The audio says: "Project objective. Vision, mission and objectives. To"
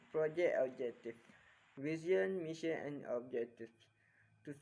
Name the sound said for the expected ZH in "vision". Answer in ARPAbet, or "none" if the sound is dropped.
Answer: Z